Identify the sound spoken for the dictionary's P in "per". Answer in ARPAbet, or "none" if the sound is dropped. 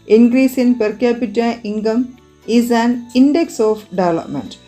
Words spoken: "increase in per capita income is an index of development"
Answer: P